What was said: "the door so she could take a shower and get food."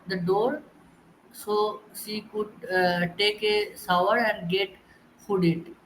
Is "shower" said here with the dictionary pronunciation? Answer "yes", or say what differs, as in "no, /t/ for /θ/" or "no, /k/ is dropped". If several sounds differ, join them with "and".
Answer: no, /s/ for /ʃ/